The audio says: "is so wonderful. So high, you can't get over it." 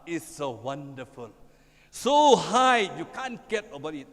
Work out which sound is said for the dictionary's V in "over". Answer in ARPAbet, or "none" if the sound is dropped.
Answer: B